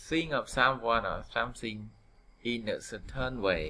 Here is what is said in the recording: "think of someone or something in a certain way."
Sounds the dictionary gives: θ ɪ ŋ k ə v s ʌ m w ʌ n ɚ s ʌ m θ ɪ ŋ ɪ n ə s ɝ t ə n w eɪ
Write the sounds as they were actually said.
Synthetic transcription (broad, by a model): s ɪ ŋ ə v s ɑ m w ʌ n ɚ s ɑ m s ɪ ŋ ɪ n ə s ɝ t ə n w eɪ